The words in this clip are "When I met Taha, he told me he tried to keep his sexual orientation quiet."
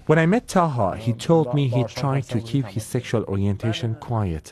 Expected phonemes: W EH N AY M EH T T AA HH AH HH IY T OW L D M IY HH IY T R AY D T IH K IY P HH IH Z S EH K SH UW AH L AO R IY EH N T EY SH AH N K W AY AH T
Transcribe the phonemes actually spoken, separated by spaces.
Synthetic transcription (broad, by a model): W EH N AY M EH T T AA HH AH HH IY T OW L D M IY HH IY T R AY D T IH K IY P HH IH Z S EH K SH UW AH L AO R IY EH N T EY SH AH N K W AY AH T